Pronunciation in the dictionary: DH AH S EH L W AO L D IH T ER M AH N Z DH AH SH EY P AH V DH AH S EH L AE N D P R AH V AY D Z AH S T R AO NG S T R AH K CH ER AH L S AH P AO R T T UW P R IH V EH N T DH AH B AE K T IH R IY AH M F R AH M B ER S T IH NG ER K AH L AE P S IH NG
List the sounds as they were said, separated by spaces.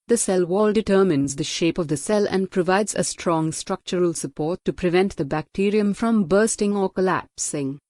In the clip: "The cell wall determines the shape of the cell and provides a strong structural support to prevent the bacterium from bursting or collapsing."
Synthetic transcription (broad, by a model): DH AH S EH L W AO L D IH T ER M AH N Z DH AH SH EY P AH V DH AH S EH L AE N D P R AH V AY D Z AH S T R AO NG S T R AH K CH ER AH L S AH P AO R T T UW P R IH V EH N T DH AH B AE K T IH R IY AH M F R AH M B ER S T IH NG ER K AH L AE P S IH NG